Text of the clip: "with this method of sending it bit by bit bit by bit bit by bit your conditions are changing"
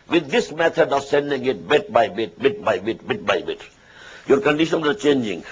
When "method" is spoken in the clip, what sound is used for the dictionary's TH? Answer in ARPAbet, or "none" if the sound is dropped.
T